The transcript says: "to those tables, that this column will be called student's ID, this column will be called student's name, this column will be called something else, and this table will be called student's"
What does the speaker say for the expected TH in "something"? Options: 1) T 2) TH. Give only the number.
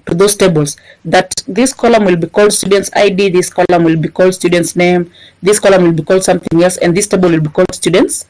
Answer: 2